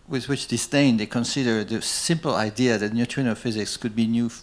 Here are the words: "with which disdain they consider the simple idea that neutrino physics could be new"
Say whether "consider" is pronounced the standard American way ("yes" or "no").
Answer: yes